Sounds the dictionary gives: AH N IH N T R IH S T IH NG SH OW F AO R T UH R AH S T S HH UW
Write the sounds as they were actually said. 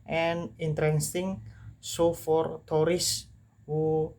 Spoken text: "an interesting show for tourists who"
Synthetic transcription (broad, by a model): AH N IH N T R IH S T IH NG S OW F AO R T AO R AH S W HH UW